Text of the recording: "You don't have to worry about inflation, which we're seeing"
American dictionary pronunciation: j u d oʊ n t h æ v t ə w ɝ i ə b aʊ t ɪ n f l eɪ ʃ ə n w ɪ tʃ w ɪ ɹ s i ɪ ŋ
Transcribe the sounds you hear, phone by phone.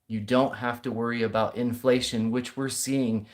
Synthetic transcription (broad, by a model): j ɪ d oʊ n t h æ f t ə w ɝ i ə b aʊ t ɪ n f l eɪ ʃ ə n w ɪ tʃ w ɪ ɹ s i ɪ ŋ